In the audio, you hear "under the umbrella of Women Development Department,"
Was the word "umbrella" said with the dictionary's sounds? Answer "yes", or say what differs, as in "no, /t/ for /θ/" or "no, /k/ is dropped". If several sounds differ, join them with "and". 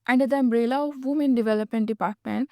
yes